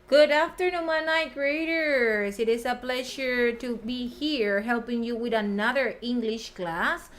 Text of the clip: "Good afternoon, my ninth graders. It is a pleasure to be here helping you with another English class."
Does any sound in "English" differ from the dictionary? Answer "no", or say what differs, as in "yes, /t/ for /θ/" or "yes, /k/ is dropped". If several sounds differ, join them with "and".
no